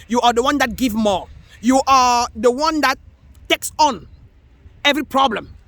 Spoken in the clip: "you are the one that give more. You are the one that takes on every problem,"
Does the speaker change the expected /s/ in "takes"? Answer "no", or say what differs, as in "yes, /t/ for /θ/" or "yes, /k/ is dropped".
no